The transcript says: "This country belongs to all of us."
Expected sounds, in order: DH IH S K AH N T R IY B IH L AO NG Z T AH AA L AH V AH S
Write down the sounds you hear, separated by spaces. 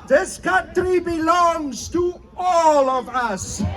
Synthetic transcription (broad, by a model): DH IH S K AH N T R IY B IH L AO NG Z T AH AA L AH V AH S